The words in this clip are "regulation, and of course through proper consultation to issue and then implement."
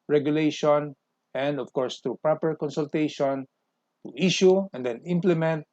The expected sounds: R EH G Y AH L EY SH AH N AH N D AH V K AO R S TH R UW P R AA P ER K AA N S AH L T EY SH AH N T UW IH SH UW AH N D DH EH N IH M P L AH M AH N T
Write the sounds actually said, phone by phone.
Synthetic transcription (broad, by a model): R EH G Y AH L EY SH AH N AH N D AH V K AO R S T R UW P R AA P ER K AA N S AH L T EY SH AH N T UW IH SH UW AH N D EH N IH M P L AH M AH N T